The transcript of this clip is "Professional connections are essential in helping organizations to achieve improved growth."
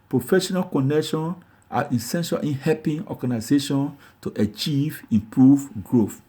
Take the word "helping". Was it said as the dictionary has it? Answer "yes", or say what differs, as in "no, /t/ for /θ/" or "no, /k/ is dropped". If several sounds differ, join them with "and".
no, /l/ is dropped